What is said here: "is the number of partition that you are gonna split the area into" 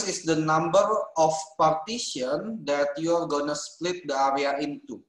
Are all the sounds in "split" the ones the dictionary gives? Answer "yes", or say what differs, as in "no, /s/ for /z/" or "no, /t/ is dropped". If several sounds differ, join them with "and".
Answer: yes